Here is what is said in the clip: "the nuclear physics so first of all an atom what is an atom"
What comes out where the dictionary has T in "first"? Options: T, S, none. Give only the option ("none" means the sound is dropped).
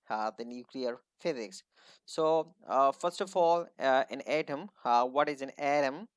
T